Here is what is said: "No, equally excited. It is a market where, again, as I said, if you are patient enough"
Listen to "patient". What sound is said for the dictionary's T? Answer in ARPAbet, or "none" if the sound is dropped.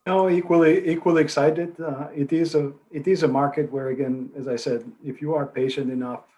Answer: T